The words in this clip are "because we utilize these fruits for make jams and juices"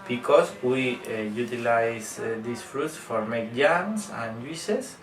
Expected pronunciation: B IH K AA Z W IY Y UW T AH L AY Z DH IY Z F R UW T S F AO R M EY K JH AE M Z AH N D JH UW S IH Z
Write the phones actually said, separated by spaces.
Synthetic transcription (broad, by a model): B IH K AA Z W IY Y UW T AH L AY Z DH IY S F R UW T S F AO R M EY K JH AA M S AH N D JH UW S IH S